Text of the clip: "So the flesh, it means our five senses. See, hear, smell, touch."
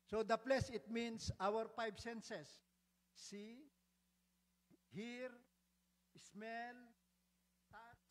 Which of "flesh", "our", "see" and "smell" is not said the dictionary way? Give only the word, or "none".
flesh